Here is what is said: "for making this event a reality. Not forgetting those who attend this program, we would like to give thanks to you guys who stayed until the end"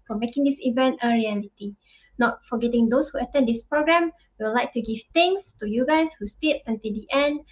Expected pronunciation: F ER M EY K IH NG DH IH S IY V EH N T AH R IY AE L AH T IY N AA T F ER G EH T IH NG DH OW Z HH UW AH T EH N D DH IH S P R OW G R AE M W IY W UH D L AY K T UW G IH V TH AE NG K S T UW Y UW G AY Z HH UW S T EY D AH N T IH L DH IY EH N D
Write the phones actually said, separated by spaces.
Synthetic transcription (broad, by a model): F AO M EY K IH NG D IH S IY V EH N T AH R IY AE L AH T IY N AA T F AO G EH T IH NG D OW S HH UW AH T EH N D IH S P R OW G R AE M W IY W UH L AY K T UW G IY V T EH NG S T UW Y UW G AY S HH UW S T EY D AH N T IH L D IY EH N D